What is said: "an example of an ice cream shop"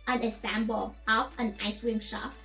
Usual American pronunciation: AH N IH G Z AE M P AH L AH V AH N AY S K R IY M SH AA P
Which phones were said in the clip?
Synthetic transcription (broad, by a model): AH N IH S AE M B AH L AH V AH N AY S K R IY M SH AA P